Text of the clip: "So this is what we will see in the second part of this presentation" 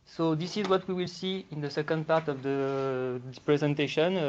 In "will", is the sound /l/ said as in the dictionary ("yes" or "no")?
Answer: yes